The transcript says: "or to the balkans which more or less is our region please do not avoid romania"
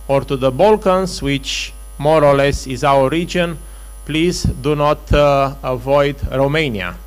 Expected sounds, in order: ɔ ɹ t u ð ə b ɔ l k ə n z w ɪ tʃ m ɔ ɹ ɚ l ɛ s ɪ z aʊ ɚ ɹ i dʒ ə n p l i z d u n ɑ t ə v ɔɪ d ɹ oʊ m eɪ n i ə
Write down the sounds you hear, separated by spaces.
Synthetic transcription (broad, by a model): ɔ ɹ t u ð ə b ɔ l k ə n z w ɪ tʃ m ɔ ɹ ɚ l ɛ s ɪ z aʊ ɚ ɹ i dʒ ə n p l i z d u n ɑ t ə v ɔɪ d ɹ oʊ m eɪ n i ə